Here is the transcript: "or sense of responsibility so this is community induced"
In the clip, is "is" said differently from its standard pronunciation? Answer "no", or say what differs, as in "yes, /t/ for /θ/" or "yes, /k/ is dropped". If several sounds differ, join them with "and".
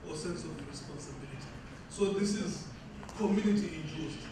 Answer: no